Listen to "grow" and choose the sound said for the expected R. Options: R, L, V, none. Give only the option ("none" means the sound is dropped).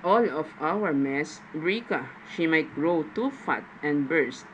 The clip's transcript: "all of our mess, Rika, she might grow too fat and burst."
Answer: R